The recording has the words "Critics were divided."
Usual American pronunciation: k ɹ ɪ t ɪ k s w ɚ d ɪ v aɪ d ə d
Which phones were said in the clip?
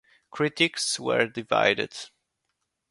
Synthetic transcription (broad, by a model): k ɹ ɪ t ɪ k s w ɚ d ɪ v aɪ d ə d